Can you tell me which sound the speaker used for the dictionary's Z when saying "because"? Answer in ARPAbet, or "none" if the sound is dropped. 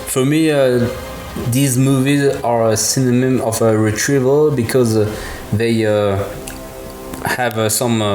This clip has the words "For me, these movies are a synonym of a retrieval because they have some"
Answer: Z